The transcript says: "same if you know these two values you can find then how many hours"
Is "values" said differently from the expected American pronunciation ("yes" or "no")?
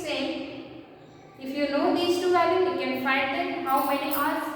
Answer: yes